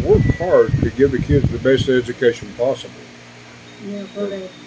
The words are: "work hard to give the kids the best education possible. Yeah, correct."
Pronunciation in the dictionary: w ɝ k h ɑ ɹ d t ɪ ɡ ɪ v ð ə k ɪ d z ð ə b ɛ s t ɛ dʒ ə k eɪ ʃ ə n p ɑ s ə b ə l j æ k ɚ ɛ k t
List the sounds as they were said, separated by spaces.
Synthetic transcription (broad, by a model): w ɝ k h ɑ ɹ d t ɪ ɡ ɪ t ð ə k ɪ d z ð ə b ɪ s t ɛ dʒ ə k eɪ ʃ ə n p ɑ s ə b l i